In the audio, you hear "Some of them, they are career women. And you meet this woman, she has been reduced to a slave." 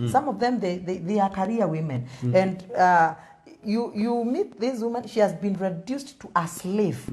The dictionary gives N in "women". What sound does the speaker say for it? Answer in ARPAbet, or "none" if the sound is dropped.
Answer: N